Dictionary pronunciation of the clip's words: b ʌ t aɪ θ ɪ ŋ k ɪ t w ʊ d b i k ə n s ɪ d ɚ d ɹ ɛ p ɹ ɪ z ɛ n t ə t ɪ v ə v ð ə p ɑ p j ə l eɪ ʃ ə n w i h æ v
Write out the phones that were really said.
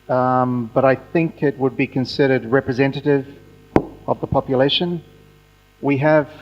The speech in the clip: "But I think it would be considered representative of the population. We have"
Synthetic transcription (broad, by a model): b ʌ t aɪ θ ɪ ŋ k ɪ t w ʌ d b i k ə n s ɪ d ɚ d ɹ ɛ p ɹ ɪ z ɛ n t ə t ɪ v ə v ð ə p ɑ p j ə l eɪ ʃ ə n w i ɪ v